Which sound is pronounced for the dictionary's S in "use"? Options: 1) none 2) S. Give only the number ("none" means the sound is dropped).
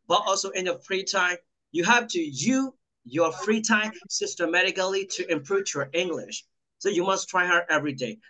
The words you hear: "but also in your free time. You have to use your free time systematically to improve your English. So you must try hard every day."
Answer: 1